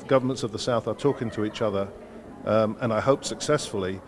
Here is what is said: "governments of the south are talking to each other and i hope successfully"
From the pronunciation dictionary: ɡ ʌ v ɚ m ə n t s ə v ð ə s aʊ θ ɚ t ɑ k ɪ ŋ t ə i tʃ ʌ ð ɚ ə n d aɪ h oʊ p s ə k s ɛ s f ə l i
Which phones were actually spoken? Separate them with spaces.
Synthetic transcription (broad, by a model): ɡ ʌ v ɚ m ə n t s ə v ð ə s aʊ θ ɚ t ɑ k ɪ ŋ t ə i tʃ ʌ ð ɚ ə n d aɪ h oʊ p s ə k s ɛ s f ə l i